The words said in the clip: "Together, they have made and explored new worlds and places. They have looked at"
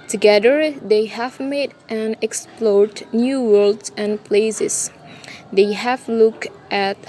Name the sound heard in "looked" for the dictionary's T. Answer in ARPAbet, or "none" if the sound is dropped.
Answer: T